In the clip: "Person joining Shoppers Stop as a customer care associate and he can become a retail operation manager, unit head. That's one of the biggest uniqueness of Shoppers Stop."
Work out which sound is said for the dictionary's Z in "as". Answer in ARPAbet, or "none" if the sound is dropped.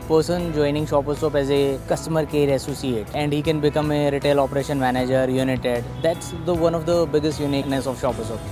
Z